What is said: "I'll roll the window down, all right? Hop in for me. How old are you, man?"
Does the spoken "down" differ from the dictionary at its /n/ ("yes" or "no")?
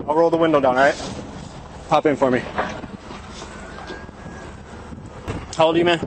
no